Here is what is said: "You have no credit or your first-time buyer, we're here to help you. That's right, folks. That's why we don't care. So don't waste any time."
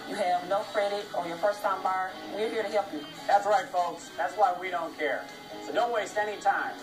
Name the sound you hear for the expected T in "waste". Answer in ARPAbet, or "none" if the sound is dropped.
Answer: T